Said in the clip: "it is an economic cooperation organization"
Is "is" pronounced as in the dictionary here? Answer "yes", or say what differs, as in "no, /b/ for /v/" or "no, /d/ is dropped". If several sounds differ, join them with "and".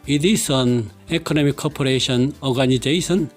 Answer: no, /s/ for /z/